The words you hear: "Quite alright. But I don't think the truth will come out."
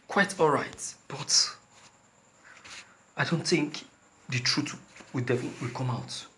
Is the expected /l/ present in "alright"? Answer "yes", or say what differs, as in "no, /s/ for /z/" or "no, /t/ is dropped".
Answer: yes